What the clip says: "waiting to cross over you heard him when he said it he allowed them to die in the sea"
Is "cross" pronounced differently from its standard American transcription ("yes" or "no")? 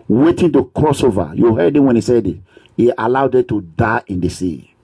no